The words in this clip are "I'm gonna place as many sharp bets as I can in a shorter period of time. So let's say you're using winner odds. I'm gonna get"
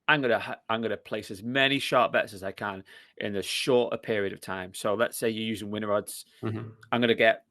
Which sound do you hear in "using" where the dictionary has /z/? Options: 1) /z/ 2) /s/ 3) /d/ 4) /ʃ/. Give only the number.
1